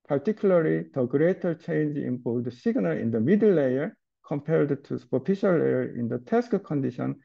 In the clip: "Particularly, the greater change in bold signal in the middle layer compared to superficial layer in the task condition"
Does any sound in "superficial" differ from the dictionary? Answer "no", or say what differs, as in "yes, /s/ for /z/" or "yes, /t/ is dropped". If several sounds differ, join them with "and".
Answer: yes, /p/ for /f/